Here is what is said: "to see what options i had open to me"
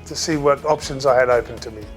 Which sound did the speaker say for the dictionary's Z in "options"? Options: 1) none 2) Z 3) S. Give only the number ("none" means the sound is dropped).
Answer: 2